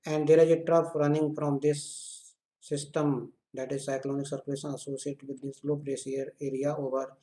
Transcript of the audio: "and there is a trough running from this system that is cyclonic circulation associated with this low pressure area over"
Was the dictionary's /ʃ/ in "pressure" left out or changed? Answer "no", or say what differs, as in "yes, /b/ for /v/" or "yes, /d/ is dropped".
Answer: yes, /s/ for /ʃ/